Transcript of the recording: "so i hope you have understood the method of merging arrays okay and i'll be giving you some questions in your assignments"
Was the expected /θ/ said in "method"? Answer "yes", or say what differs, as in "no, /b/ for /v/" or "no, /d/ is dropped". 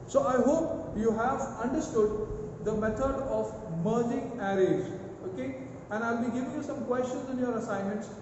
no, /t/ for /θ/